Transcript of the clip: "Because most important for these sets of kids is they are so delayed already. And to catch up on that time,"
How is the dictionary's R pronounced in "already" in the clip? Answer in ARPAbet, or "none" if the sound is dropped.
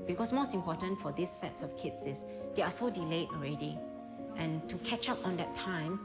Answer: R